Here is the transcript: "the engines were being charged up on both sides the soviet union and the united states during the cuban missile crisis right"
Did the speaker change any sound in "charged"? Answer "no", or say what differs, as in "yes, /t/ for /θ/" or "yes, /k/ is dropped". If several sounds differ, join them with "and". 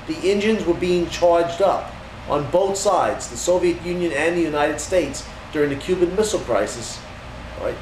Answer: no